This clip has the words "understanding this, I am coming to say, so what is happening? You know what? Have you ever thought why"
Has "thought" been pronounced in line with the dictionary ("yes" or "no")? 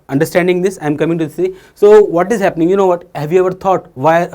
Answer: no